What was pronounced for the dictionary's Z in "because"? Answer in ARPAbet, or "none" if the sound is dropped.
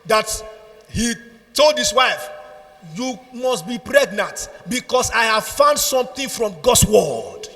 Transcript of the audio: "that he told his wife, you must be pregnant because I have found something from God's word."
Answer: S